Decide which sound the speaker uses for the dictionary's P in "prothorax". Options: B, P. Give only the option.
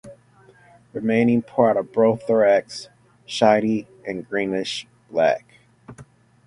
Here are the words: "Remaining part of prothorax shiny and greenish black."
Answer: B